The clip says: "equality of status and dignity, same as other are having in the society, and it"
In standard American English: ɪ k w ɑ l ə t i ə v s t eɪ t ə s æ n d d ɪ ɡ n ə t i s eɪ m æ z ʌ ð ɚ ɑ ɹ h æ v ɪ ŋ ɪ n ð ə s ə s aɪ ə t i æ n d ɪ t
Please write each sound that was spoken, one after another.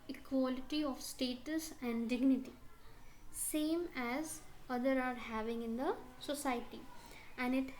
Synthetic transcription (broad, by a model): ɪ k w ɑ l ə t i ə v s t eɪ t ə s æ n d d ɪ ɡ n ə t i s eɪ m æ z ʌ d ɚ ɑ ɹ h æ v ɪ ŋ ɪ n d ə s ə s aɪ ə t i æ n d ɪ t